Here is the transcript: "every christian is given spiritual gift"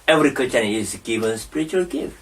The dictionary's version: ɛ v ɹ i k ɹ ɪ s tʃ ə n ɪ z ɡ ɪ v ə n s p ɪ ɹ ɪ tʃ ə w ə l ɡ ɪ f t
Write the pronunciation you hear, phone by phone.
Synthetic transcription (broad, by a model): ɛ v ɹ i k ɪ tʃ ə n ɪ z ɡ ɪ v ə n s p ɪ ɹ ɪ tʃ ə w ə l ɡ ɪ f